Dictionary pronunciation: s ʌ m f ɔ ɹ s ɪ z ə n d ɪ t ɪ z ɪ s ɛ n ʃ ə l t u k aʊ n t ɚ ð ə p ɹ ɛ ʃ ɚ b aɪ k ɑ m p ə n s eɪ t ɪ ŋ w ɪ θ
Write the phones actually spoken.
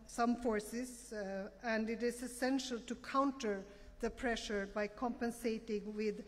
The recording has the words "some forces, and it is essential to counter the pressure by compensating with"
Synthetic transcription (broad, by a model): s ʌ m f ɔ ɹ s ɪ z ə n d ɪ t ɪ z ɪ s ɛ n ʃ ə l t u k aʊ n t ɚ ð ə p ɹ ɛ ʃ ɚ b aɪ k ɑ m p ə n s eɪ t ɪ ŋ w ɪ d